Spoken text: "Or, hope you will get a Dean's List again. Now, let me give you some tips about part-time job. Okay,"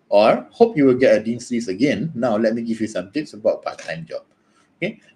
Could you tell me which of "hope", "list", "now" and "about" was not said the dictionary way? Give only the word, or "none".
list